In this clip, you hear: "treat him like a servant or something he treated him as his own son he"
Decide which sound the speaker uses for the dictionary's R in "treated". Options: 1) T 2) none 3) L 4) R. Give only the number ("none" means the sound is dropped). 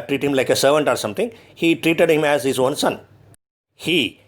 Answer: 4